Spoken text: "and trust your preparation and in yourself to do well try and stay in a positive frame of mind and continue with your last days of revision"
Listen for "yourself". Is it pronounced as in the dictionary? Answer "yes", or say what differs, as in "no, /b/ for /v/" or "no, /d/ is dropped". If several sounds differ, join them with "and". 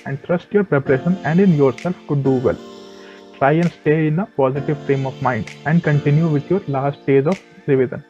yes